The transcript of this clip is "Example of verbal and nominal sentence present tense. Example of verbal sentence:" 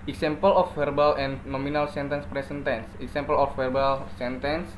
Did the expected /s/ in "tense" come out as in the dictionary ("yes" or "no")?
yes